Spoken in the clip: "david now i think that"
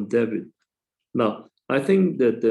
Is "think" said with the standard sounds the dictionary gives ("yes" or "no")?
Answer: yes